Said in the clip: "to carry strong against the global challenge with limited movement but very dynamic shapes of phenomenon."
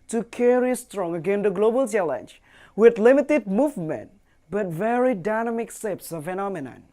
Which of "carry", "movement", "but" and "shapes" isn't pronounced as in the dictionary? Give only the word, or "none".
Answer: shapes